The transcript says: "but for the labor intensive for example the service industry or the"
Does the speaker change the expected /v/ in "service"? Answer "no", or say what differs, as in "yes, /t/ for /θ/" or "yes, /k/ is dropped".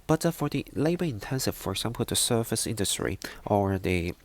yes, /f/ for /v/